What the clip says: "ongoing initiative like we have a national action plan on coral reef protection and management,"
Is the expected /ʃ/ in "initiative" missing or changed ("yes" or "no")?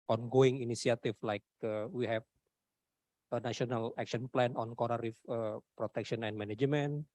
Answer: yes